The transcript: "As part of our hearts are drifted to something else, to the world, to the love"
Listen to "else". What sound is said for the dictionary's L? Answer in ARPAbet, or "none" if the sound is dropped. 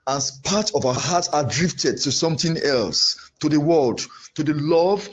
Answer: L